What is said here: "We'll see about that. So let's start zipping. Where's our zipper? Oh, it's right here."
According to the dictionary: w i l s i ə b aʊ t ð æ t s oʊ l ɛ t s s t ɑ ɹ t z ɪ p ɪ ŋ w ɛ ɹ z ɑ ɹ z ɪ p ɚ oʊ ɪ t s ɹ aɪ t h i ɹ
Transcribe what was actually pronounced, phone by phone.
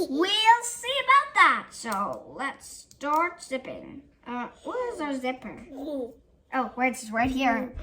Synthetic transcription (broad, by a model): w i l s i ə b aʊ t ð æ t s oʊ l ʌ t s s t ɑ ɹ t s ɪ p ɪ ŋ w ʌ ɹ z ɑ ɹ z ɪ p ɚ oʊ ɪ s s ɹ aɪ t h i ɹ